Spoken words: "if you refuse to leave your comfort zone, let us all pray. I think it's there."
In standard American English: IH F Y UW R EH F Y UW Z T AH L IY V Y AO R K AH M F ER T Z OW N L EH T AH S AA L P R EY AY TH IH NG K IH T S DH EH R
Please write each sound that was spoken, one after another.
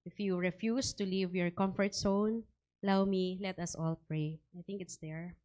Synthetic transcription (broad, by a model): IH F Y UW R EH F Y UW S T AH L IY V Y AO R K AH M F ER T S OW N L EH T AH S AA L P R EY AY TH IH NG K IH T S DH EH R